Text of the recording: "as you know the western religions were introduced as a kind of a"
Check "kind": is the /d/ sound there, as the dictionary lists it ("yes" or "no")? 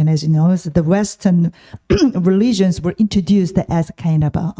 no